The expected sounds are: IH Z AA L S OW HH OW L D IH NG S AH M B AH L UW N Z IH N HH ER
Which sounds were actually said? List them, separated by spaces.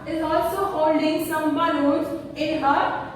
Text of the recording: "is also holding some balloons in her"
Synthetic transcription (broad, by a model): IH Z AA L S OW HH OW L D IH NG S AH M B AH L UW Z IH N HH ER